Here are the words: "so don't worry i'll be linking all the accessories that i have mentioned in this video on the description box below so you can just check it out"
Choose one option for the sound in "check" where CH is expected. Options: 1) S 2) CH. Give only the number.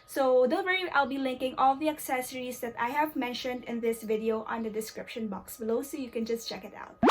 2